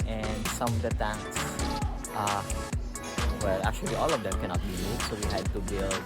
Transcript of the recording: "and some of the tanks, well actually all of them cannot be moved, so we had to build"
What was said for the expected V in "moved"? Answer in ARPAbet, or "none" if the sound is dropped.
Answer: none